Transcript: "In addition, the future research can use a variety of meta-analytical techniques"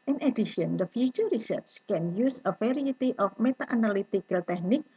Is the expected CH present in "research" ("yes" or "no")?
no